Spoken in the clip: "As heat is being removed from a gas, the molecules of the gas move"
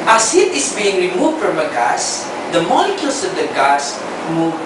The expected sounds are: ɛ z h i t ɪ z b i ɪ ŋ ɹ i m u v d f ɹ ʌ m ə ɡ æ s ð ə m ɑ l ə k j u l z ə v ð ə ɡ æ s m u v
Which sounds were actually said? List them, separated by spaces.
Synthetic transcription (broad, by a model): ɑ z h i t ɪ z b i ɪ ŋ ɹ i m u v d f ɹ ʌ m ə ɡ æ s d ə m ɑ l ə k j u l s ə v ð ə ɡ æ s m u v